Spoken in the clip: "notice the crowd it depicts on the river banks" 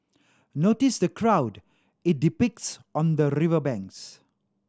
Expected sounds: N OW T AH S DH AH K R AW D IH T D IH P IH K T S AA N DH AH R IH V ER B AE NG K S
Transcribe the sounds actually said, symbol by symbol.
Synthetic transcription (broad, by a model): N OW T AH S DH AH K R AW D IH T D IH P IH K T S AA N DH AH R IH V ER B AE NG K S